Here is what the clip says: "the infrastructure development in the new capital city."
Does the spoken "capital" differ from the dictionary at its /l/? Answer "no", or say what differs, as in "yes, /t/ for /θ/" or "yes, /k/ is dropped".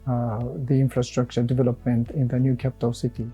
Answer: yes, /w/ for /l/